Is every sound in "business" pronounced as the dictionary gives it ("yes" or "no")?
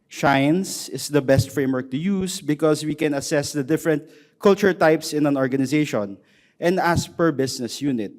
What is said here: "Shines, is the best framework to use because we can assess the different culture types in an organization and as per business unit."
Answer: no